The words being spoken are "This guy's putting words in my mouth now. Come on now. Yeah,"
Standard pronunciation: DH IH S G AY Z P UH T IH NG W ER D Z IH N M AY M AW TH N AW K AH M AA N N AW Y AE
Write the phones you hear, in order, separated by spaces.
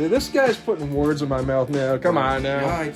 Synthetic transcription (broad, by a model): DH IH S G AY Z P UH T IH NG W ER D Z IH N M AY M AW TH N AW K AH M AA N N AW